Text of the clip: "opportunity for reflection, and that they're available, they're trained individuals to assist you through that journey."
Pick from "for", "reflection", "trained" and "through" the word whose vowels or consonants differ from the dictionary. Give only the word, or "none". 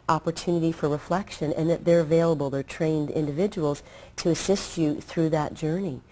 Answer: none